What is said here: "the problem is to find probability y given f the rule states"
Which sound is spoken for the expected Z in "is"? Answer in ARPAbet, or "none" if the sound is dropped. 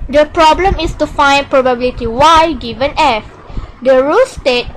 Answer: S